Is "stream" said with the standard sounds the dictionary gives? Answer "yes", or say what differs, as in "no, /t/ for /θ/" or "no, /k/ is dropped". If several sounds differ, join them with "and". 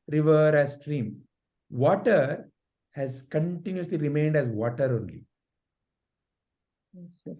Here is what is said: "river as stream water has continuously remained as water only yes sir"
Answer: yes